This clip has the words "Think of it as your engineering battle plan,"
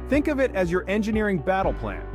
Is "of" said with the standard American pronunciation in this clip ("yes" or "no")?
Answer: yes